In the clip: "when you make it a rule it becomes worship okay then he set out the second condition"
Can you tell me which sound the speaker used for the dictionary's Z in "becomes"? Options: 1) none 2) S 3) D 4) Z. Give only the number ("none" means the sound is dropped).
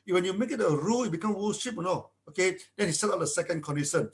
1